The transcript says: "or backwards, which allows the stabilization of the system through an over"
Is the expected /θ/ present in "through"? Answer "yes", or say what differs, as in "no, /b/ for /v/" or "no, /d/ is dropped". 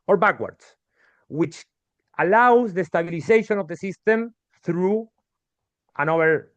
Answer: yes